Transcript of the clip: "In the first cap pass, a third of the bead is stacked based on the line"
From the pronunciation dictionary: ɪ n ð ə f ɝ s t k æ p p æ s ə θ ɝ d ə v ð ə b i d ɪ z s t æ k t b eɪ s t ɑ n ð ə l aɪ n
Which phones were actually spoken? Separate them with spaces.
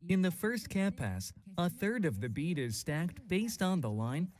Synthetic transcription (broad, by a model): ɪ n ð ə f ɝ s t k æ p p æ s ə θ ɝ d ə v ð ə b i d ɪ z s t æ k t b eɪ s t n ð ə l aɪ n